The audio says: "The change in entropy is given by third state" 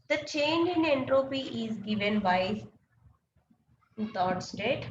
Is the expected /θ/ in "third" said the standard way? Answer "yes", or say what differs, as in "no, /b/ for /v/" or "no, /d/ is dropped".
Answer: no, /t/ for /θ/